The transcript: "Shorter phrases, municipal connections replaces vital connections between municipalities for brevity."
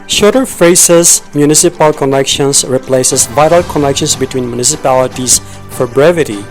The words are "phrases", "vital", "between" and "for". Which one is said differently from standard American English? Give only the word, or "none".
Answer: phrases